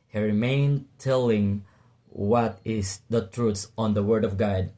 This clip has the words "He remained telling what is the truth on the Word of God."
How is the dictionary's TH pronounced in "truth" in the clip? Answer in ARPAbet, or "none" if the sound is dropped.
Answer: T